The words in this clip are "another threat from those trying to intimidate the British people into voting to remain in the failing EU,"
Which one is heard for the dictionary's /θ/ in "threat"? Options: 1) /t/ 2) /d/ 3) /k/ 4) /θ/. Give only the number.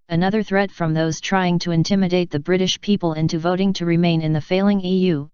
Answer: 4